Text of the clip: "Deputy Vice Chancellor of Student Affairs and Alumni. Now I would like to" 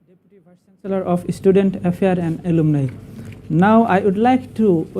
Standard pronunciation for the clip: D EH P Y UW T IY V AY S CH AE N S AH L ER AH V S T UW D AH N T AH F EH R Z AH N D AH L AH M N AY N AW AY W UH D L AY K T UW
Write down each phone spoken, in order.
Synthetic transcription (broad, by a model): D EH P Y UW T IY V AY CH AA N S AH L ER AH F S T UW D AH N T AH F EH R AH N D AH L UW M N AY N AW AY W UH D L AY K T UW